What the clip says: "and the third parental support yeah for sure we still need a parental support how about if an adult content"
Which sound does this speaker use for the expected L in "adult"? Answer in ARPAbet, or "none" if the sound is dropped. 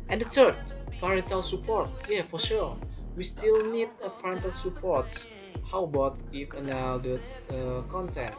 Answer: none